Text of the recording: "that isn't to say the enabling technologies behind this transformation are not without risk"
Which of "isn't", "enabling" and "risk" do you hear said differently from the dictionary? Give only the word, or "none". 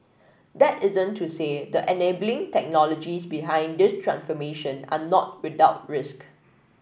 none